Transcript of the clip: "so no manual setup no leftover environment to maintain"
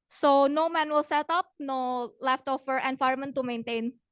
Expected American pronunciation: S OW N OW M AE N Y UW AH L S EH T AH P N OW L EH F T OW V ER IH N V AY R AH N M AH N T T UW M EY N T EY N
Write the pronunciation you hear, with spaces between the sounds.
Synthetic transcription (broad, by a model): S OW N OW M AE N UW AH L S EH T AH P N OW L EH F T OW F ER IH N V AY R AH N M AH N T T UW M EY N T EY N